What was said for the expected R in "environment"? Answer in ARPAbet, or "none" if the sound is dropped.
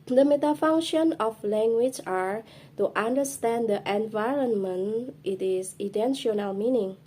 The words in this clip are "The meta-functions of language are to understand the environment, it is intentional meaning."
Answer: R